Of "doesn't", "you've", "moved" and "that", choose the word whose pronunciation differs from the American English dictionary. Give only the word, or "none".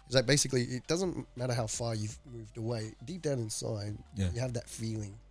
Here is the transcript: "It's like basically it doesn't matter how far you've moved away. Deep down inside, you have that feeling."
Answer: none